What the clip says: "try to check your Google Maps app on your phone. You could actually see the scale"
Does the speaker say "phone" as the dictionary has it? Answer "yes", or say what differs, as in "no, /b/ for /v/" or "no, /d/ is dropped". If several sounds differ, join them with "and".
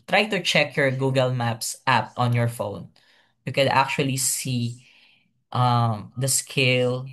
yes